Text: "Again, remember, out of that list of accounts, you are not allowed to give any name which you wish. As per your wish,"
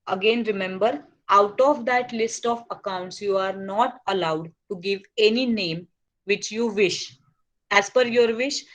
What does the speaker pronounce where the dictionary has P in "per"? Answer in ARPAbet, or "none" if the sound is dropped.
F